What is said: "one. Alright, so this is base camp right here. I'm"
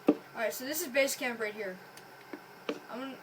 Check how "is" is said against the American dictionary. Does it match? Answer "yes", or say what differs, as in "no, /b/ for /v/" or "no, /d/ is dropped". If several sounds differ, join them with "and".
yes